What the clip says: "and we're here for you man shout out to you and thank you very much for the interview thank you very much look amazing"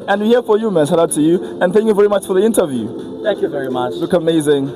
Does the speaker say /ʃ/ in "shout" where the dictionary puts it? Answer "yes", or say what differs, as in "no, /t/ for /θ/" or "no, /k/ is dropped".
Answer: no, /s/ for /ʃ/